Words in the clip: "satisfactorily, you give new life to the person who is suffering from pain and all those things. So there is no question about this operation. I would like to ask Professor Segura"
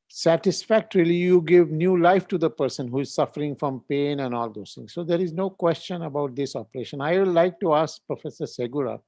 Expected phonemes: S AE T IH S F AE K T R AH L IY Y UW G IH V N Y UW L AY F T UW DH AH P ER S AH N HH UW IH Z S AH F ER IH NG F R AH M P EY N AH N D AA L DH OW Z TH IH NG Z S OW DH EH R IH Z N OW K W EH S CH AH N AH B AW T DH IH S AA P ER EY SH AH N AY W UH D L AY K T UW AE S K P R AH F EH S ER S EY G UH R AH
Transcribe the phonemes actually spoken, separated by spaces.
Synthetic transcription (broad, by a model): S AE T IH S F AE K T R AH L IY Y UW G IH V N Y UW L AY F T UW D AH P ER S AH N HH UW IH Z S AH F ER IH NG F R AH M P EY N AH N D AA L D OW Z T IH NG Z S OW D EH R IH Z N OW K W EH S CH AH N AH B AW T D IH S AA P ER EY SH AH N AY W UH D L AY K T UW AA S K P R AH F EH S ER S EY G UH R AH